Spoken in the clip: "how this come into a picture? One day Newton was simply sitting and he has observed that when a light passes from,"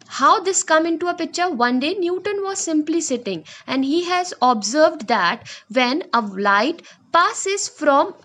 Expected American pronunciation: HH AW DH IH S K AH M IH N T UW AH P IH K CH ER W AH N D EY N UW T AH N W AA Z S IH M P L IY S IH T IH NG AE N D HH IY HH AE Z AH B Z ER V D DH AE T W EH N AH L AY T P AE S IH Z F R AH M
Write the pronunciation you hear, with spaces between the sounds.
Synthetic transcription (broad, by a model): HH AW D IH S K AH M IH N T UW AH P IH K CH ER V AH N D EY N UW T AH N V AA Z S IH M P L IY S IH T IH NG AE N D HH IY HH AE Z AH B Z ER V D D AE T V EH N AH L AY T P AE S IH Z F R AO M